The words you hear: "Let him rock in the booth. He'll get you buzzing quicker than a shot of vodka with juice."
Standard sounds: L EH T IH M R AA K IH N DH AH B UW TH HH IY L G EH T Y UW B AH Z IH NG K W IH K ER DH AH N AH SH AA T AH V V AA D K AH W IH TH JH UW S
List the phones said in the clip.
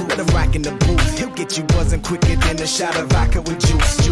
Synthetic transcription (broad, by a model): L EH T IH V R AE K IH N DH AH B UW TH HH IY L G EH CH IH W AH Z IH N K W IH K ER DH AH N AH SH AA T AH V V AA K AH W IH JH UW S